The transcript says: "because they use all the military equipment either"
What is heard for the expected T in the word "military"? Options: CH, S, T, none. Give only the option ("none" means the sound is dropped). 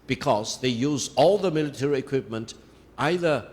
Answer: T